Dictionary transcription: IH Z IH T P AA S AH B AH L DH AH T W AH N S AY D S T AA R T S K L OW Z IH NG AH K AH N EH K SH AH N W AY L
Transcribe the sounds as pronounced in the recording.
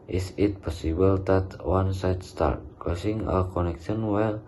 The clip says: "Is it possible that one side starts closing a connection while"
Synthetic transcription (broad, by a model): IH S IH T P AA S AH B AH L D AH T W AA N S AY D S T AA R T K OW S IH NG AH K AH N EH K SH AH N W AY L